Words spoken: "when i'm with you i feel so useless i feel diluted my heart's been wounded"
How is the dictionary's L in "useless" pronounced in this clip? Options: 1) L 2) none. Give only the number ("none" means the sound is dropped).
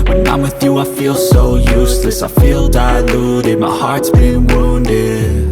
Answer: 1